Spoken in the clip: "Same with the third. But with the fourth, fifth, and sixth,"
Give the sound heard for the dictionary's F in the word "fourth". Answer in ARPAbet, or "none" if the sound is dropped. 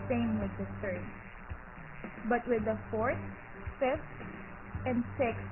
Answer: F